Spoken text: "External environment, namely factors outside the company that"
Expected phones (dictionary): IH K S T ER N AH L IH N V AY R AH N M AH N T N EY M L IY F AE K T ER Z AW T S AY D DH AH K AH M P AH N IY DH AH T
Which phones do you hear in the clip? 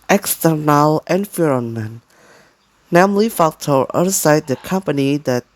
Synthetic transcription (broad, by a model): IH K S T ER N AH L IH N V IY R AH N M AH N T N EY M L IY F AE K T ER AW S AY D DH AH K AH M P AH N IY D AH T